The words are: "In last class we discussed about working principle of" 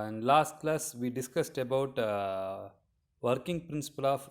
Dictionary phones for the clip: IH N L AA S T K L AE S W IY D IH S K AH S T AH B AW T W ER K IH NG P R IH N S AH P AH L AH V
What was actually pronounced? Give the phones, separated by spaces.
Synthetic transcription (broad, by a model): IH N L AA S T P L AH S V IY D IH S K AH S T AH B AW T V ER K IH NG P R IH N S AH P AH L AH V